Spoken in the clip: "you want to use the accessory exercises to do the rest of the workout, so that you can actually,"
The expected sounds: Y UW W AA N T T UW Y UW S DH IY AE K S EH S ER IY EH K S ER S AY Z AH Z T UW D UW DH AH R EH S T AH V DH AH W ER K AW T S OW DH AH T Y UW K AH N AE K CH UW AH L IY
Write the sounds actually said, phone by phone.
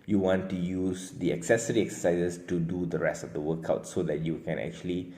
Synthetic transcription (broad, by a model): Y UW W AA N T T UW Y UW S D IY AE K S EH S ER IY EH K S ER S AY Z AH S T UW D UW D AH R EH S T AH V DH AH W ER K AW T S OW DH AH T Y UW K AH N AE K CH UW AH L IY